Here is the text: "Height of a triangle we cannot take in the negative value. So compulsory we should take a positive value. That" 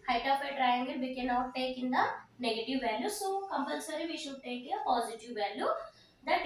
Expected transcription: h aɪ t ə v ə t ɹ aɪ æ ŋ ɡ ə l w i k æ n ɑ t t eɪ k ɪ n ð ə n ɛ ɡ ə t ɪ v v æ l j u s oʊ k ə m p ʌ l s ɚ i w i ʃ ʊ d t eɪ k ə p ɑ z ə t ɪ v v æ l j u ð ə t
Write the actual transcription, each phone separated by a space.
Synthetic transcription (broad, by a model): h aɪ t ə p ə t ɹ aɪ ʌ ŋ ɡ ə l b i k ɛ n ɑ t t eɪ k ɪ n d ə n ɛ ɡ ə t ɪ v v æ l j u s oʊ k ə m p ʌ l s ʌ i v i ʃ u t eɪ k ə p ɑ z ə t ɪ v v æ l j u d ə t